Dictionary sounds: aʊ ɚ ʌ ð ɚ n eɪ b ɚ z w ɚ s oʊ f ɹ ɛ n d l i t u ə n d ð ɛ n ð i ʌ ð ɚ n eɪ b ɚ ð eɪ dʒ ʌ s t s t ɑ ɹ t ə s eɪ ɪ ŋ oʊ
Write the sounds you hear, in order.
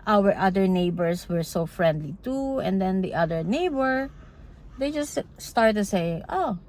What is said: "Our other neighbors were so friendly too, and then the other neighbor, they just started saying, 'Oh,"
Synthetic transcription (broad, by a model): aʊ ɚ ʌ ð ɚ n eɪ b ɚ s w ɚ s oʊ f ɹ ɛ n d l i t u ə n d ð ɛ n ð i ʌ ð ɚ n eɪ b ɚ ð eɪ dʒ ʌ s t s t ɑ ɹ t s eɪ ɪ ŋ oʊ